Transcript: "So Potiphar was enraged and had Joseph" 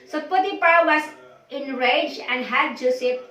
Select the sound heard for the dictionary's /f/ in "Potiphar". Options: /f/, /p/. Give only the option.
/p/